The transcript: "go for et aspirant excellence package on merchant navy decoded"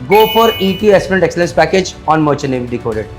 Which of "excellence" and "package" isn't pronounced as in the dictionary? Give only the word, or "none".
none